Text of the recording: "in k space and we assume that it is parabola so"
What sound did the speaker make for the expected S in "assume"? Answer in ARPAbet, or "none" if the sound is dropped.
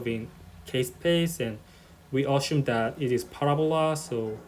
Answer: SH